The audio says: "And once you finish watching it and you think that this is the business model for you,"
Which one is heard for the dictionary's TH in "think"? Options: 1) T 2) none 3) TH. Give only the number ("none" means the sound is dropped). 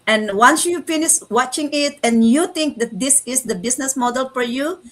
1